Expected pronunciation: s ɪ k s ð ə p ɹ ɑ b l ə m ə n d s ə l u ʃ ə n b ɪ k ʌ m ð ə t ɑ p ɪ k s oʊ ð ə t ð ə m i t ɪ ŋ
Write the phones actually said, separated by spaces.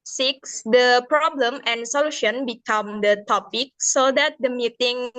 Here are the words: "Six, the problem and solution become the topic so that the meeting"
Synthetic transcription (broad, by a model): s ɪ k s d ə p ɹ ɑ b l ə m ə n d s ə l u ʃ ə n b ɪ k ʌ m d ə t ɑ p ɪ k s oʊ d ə t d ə m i t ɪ ŋ